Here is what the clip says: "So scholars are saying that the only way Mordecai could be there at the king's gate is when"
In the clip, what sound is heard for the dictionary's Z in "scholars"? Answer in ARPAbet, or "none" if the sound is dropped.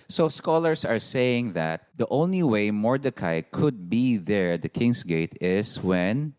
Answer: S